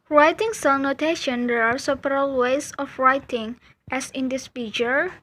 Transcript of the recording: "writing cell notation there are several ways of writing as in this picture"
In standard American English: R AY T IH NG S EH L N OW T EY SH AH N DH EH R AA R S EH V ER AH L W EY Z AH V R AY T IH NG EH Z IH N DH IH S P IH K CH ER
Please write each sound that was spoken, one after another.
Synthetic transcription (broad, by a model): R AY T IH NG S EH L N OW T EY SH AH N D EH R AA R S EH P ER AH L W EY S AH F R AY T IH NG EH S IH N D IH S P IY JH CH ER